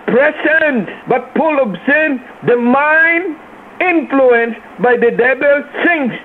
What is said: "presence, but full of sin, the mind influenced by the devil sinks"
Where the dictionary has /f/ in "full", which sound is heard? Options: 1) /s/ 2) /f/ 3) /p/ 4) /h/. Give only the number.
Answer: 3